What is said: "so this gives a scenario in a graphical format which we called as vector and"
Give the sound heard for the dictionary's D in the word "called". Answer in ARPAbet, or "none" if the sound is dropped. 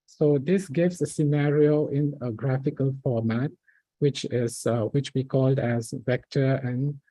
D